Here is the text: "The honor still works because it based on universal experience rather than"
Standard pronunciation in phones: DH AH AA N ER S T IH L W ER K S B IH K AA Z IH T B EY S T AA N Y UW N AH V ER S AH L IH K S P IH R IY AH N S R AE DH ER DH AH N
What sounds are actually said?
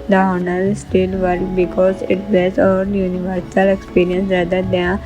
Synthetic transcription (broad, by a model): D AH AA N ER S T IH L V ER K B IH K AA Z IH T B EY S AA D Y UW N AH V ER S AH L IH K S P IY R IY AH N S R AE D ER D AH